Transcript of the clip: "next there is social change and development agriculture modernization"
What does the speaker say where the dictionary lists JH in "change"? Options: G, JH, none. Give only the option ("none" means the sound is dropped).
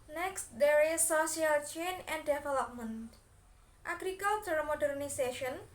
none